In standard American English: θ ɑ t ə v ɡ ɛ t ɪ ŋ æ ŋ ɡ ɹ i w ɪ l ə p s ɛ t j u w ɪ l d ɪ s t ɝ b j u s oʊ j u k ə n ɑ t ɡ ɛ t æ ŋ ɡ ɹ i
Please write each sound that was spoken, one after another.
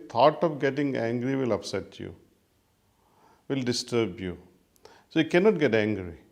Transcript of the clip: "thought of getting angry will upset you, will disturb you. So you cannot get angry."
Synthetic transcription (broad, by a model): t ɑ t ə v ɡ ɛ t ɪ ŋ æ ŋ ɡ ɹ i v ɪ l ə p s ɛ t j u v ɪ l d ɪ s t ɝ b j u s oʊ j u k ə n ɑ t ɡ ɛ t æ ŋ ɡ ɹ i